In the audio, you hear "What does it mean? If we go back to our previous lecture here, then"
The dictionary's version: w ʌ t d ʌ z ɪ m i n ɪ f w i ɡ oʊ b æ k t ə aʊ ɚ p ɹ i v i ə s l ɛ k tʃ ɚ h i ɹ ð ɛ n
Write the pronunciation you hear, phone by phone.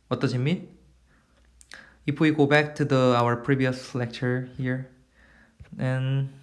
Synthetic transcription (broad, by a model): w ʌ t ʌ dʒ ɪ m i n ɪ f w i ɡ oʊ b æ k t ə aʊ ɚ p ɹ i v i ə s l ɛ k tʃ ɚ h i ɹ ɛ n